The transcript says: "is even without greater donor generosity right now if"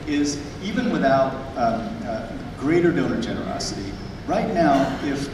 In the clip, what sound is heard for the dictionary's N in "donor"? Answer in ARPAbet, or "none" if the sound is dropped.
L